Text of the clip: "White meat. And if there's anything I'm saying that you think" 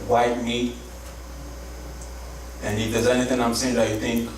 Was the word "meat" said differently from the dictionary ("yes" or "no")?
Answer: yes